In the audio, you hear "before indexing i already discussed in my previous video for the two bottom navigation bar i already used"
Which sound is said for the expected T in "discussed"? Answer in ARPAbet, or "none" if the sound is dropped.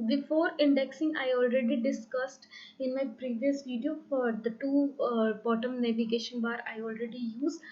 T